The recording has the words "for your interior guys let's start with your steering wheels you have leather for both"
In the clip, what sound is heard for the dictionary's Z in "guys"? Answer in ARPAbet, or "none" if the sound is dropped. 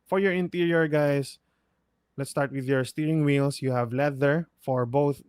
S